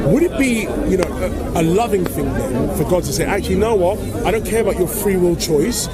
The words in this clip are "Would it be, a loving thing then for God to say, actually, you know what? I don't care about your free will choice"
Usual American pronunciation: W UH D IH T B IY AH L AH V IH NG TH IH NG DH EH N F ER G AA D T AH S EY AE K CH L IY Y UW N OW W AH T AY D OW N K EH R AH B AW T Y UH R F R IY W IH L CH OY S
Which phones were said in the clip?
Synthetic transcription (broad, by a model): W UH D IH T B IY AH L AH V IH NG TH IH NG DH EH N F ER G AA D T AH S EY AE K CH IY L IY N OW W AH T AY D OW N K EH R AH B AW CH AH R F R IY W IH L CH OY S